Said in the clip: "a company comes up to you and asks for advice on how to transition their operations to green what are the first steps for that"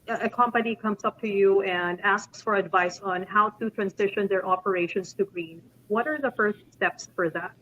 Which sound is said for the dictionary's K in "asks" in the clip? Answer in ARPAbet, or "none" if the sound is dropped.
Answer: K